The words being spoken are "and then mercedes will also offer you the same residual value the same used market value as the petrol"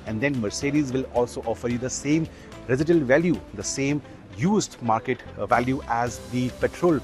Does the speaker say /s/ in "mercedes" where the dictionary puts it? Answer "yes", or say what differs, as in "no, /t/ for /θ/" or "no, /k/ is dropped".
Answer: yes